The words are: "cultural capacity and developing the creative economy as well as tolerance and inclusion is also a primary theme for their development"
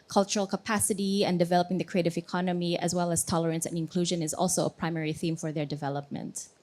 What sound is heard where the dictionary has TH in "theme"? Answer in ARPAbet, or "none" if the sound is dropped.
TH